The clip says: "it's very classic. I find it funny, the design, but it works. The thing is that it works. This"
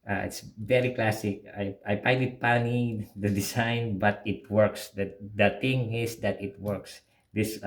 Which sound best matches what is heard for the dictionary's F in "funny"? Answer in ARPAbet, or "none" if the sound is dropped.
P